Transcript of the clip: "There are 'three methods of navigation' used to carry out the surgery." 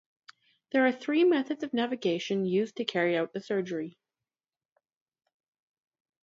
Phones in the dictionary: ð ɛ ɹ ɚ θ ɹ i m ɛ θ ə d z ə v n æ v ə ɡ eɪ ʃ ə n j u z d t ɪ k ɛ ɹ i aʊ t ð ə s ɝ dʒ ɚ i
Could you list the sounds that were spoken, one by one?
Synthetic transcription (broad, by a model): ð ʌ ɹ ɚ θ ɹ i m ɛ θ ə d z ə v n æ v ə ɡ eɪ ʃ ə n j u z t ɪ k ɛ ɹ i aʊ t ð ə s ɝ dʒ ɚ i